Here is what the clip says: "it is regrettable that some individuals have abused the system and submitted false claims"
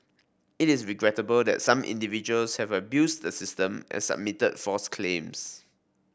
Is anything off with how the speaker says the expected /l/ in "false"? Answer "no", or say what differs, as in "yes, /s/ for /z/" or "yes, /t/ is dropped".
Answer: yes, /l/ is dropped